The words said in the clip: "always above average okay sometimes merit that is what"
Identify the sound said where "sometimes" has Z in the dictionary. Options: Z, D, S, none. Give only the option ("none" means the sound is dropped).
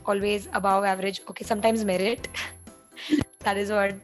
Z